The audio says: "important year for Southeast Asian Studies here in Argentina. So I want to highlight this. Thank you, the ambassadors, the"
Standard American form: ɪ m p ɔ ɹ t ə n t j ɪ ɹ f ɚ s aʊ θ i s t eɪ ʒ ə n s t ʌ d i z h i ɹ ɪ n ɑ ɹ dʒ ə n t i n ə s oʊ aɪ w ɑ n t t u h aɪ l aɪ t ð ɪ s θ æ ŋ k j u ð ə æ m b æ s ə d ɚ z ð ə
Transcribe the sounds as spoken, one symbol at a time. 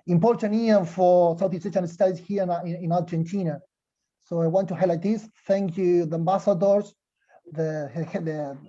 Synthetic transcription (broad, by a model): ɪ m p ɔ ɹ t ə n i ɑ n f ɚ s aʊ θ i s eɪ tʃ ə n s t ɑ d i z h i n ɪ n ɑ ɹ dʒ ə n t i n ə s oʊ aɪ w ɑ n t t u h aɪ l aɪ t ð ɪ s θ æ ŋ k j u ð ə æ m b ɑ s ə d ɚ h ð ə